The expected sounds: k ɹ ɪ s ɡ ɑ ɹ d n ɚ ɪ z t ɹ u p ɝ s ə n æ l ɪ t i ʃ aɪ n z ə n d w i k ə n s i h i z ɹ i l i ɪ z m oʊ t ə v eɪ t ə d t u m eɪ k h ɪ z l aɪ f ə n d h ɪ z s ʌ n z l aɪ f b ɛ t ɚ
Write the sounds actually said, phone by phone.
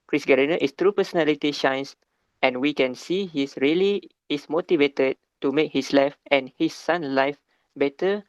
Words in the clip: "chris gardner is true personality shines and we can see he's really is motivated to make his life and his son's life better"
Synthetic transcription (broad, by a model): k ɹ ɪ s ɡ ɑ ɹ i n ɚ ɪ s t ɹ u p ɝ s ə n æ l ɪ t i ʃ aɪ n s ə n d w i k ə n s i h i s ɹ i l i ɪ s m oʊ t ə v eɪ t ə d t u m eɪ k h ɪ s l aɪ f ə n h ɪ s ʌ n l aɪ f b ɛ t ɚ